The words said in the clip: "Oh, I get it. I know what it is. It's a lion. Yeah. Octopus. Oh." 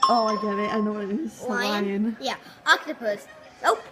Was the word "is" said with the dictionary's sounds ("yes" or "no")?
no